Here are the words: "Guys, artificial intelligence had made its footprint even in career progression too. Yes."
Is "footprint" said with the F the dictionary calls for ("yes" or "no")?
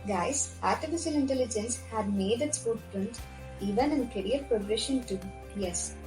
no